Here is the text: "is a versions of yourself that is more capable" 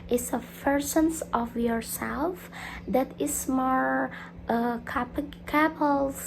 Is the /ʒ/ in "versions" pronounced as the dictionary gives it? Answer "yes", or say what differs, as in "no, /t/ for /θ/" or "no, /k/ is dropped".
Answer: no, /s/ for /ʒ/